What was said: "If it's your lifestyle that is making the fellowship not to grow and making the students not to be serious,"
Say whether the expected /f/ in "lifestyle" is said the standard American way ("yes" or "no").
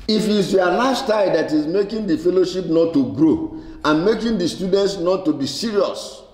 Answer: no